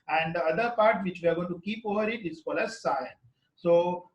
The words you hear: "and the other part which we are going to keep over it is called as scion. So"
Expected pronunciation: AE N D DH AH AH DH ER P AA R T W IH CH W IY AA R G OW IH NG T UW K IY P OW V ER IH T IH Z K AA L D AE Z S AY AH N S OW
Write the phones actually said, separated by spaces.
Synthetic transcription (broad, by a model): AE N D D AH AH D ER P AA R T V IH CH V IY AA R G OW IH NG T UW K IY P OW V ER IH T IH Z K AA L AE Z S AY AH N S OW